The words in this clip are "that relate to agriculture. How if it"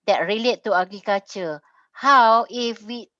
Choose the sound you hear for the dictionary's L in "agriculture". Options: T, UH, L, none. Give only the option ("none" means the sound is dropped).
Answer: none